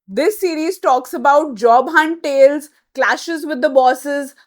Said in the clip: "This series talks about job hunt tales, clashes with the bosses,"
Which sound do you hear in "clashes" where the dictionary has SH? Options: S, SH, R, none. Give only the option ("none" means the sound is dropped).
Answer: SH